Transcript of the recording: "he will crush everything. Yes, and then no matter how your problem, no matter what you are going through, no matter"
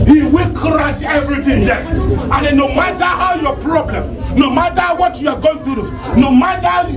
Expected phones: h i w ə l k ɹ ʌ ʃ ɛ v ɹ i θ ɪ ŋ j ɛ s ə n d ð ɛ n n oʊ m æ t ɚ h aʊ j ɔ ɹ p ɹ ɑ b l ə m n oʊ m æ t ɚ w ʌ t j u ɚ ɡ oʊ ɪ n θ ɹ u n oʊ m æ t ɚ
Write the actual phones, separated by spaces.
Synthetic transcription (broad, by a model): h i w ə l k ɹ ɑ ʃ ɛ v ɹ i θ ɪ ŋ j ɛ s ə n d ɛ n n oʊ m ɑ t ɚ h aʊ j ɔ p ɹ ɑ b l ə m n oʊ m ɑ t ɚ w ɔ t j u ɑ ɡ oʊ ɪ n t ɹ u n oʊ m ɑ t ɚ